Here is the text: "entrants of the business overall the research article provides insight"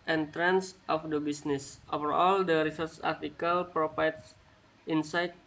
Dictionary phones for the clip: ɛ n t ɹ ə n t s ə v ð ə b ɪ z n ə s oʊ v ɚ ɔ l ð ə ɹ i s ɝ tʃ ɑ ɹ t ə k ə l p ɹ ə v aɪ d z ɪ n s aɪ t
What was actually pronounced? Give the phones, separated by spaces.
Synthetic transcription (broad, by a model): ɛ n t ɹ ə n s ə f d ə b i s n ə s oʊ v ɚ ɔ l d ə ɹ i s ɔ s ɑ ɹ t ə k ə l p ɹ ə f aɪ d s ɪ n s aɪ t